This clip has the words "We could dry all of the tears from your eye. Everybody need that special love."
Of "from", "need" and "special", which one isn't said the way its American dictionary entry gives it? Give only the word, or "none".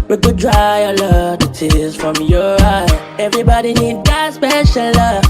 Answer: none